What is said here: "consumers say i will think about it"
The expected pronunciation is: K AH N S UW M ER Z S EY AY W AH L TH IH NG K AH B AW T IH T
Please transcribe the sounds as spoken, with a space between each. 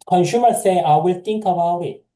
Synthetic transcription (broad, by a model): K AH N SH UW M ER S EY AY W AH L T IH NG K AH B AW IH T